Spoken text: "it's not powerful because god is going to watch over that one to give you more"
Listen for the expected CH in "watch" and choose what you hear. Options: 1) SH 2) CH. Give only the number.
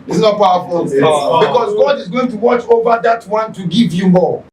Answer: 2